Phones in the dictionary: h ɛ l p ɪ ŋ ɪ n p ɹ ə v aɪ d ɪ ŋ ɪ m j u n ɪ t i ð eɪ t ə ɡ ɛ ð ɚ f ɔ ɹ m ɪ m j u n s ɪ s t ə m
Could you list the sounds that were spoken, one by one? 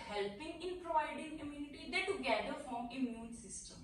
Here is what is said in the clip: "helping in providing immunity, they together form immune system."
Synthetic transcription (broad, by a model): h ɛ l p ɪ ŋ ɪ n p ɹ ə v aɪ d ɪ ŋ ɪ m j u n ɪ t i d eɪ t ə ɡ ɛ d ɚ f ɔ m ɪ m j u n s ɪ s t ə m